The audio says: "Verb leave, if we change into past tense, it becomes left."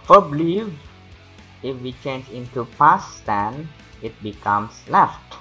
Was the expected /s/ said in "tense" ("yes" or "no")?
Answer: no